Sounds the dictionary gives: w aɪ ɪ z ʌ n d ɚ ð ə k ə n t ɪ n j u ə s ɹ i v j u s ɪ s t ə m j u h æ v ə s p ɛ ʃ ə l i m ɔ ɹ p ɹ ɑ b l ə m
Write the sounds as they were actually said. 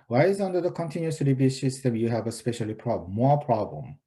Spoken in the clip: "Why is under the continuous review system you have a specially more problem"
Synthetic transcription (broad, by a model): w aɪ ɪ z ʌ n d ɚ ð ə k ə n t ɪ n j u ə s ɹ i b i s ɪ s t ə m j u h æ v ə s p ɛ ʃ ə l i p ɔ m p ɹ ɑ b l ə m